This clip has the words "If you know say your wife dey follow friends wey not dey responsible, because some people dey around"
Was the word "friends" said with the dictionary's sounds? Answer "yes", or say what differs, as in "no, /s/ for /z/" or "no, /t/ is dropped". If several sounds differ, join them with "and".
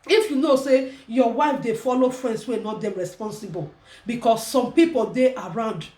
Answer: no, /s/ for /z/